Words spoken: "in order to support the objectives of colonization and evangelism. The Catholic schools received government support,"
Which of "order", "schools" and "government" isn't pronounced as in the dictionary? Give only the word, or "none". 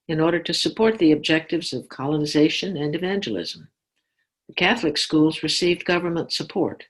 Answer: none